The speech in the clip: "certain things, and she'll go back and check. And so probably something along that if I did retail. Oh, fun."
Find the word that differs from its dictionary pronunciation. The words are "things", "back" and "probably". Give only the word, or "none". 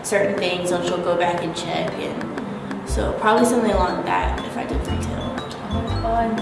none